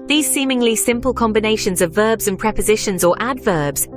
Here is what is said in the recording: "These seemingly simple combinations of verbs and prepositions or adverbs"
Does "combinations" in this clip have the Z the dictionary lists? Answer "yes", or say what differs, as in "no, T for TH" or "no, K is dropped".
yes